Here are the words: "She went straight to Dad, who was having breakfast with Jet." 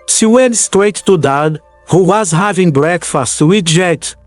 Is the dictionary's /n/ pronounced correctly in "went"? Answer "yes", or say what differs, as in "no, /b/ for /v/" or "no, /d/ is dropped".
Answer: yes